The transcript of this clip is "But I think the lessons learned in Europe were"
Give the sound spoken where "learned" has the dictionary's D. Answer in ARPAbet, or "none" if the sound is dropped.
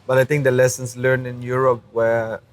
none